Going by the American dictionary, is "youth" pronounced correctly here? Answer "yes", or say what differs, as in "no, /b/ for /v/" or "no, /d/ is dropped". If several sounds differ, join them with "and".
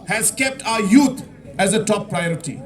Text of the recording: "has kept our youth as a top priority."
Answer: no, /t/ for /θ/